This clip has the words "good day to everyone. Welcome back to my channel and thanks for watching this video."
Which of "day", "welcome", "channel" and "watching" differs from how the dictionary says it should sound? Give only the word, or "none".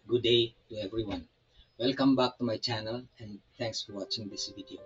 none